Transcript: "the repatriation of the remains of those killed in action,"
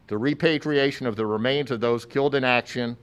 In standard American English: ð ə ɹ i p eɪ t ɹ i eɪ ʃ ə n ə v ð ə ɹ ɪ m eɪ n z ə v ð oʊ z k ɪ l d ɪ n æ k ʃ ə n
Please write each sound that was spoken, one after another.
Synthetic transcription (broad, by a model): ð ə ɹ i p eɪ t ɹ i eɪ ʃ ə n ə v ð ə ɹ ɪ m eɪ n z ə v ð oʊ z k ɪ l d ɪ n æ k ʃ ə n